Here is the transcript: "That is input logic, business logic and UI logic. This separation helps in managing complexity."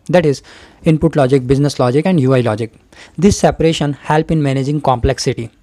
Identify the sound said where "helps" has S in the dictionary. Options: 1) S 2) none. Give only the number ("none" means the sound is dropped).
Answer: 2